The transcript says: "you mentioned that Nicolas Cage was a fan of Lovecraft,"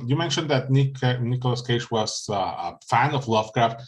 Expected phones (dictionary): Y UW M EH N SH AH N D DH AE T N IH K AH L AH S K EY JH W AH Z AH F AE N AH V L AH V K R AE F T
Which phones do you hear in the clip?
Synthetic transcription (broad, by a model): Y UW M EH N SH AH N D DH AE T N IH K AH L AH S K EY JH W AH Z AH F AE N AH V L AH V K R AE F T